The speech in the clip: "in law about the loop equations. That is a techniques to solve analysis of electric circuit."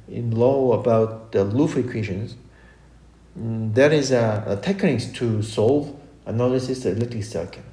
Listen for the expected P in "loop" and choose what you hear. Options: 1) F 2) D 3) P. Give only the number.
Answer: 1